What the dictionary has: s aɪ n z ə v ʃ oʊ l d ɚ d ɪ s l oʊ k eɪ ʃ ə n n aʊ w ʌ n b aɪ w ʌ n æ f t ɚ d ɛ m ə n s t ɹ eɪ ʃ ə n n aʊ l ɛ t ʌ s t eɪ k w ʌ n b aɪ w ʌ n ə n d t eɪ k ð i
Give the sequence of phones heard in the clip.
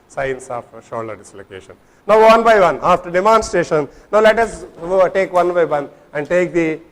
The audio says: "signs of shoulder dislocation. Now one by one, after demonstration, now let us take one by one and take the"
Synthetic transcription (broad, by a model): s aɪ n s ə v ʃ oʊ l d d ɪ s l oʊ k eɪ ʃ ə n n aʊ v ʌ n b aɪ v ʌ n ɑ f t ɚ d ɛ m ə n s t eɪ ʃ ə n n aʊ l ɛ t ʌ s t eɪ k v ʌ n b aɪ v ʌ n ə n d t eɪ k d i